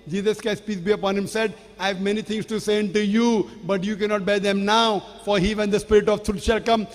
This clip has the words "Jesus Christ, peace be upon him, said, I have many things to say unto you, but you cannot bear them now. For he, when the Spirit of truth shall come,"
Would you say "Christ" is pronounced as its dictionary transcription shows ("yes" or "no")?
no